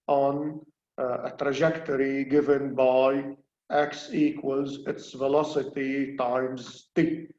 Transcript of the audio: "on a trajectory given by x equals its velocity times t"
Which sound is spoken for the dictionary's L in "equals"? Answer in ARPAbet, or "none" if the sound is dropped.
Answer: L